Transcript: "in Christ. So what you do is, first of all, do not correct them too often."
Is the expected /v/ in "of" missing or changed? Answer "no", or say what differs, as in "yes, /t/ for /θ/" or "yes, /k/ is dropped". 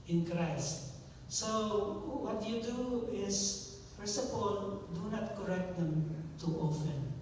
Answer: yes, /p/ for /v/